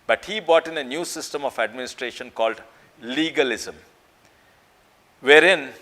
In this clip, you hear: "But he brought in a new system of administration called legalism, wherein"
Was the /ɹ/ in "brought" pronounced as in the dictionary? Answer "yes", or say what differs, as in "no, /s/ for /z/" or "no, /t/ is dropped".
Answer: no, /ɹ/ is dropped